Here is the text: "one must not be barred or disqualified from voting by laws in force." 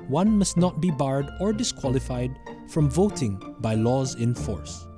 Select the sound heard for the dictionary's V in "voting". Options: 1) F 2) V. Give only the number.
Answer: 2